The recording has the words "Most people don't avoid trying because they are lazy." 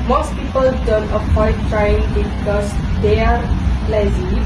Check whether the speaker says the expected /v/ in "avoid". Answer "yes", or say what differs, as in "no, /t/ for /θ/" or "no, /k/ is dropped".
no, /p/ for /v/